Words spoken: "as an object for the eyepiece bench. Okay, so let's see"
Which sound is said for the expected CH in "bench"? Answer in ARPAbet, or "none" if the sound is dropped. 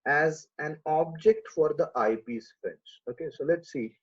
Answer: S